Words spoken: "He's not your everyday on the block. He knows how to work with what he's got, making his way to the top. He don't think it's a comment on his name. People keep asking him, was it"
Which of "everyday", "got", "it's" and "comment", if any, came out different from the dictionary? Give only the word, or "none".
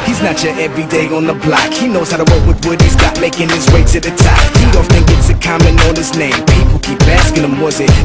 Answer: comment